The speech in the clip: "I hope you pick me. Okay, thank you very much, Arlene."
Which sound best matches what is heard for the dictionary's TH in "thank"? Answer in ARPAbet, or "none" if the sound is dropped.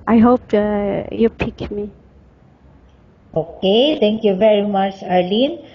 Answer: T